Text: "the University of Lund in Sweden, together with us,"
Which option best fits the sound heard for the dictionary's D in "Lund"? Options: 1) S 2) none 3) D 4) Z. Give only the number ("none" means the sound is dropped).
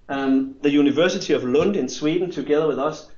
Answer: 3